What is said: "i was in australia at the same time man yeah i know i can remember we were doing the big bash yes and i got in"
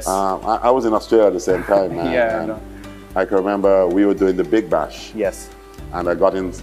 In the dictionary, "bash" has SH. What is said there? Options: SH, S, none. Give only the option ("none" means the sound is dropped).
SH